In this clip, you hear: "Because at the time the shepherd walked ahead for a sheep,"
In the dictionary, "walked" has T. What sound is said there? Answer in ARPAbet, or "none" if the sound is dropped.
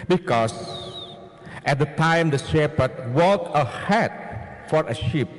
none